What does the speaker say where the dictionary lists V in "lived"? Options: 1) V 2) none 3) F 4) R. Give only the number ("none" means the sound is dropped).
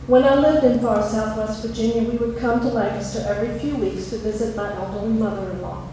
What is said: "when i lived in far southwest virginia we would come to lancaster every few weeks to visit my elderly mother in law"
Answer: 1